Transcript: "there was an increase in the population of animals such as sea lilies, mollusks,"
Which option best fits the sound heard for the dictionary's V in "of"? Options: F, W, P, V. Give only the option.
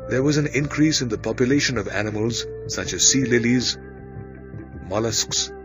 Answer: V